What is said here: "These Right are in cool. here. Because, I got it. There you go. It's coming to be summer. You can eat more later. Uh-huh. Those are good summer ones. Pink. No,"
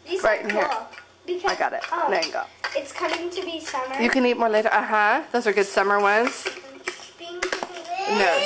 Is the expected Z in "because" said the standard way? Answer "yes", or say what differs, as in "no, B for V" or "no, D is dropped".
no, Z is dropped